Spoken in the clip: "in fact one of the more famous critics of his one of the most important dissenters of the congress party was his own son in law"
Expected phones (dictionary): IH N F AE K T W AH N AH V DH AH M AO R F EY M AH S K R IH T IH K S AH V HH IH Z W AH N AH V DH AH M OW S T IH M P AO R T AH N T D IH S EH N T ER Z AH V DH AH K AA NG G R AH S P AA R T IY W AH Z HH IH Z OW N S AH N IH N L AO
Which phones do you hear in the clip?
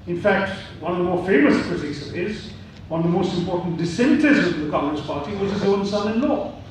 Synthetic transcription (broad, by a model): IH N F AE K T W AH N AH V DH AH M AO R F EY M AH S K R IH T IH K S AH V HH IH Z W AH N AH V DH AH M OW S T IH M P AO R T N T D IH S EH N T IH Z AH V DH AH K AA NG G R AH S P AA R T IY W AH Z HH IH Z OW N S AH N IH N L AO